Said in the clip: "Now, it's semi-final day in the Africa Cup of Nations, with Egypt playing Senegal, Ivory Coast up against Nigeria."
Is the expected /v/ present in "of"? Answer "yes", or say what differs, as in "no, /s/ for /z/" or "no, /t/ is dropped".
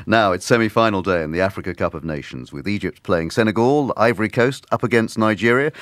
yes